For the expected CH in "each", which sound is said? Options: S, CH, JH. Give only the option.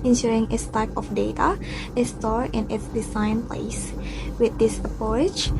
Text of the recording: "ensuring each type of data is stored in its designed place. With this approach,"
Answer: S